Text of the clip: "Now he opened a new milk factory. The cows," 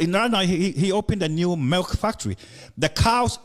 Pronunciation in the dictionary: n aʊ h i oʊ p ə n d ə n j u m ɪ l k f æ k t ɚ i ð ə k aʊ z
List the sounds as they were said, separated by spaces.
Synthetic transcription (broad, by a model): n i h i oʊ p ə n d ə n j u m ɪ l k f æ k t ɚ i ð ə k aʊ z